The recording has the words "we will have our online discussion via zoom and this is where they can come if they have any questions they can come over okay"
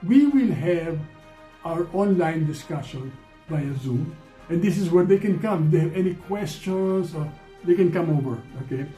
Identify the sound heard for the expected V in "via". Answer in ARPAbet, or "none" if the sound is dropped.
B